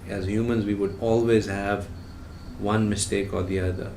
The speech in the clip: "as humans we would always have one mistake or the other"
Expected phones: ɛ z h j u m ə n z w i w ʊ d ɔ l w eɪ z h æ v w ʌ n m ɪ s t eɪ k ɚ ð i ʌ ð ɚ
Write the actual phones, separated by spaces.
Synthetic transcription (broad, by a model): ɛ z h j u m ə n z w i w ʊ d ɔ l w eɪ z h æ v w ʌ n m ɪ s t eɪ k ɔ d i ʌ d ɚ